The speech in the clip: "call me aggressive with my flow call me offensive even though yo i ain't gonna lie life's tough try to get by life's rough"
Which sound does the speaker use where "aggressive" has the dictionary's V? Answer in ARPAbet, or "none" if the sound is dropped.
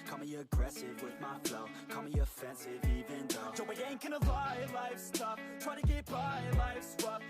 V